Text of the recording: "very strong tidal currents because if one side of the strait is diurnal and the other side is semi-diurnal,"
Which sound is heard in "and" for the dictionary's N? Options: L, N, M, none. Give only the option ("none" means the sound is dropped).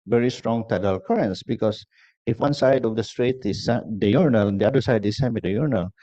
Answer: L